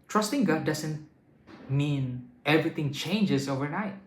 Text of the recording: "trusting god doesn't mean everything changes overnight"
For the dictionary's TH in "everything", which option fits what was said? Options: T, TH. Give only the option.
T